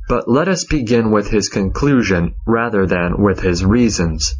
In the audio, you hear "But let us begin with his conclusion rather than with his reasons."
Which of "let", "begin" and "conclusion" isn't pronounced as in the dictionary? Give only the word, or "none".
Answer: none